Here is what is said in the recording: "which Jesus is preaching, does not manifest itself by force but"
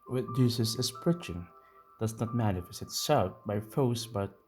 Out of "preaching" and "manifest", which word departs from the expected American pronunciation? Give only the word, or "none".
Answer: manifest